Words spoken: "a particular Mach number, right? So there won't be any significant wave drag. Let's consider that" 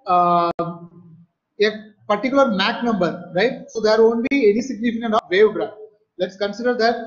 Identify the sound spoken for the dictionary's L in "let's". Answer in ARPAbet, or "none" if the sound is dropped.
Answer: L